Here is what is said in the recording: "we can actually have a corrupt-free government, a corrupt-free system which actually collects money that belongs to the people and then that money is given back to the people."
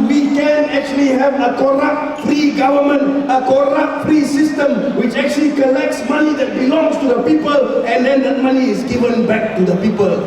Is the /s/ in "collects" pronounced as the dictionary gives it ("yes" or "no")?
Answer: yes